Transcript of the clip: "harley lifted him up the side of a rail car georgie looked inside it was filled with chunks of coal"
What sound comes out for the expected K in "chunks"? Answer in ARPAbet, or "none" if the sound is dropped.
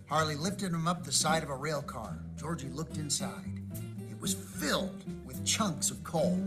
K